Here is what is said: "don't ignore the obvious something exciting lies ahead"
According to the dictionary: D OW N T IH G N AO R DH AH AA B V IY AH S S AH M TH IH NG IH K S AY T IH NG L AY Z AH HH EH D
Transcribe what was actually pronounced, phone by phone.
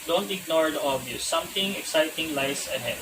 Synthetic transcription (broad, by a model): D OW N T IH G N AO R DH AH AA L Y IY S S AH M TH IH NG IH K S AY T IH NG L AY S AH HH EH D